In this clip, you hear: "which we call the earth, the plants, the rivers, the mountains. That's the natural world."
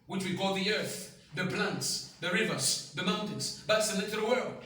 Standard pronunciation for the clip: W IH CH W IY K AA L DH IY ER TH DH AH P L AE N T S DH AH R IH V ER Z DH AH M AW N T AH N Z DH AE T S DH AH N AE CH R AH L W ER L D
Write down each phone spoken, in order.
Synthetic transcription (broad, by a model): W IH CH W IY K AA L DH IY ER TH DH AH P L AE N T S DH AH R IH V ER Z DH AH M AW N T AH N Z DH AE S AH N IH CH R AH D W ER L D